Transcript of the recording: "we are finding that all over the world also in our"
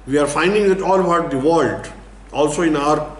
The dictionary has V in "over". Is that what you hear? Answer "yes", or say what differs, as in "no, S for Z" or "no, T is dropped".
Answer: no, B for V